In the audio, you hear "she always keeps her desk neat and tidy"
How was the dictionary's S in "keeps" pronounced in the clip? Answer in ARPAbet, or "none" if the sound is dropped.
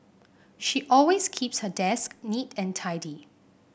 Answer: S